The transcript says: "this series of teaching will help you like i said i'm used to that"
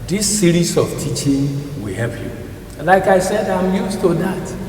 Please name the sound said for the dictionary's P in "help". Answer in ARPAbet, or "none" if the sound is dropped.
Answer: P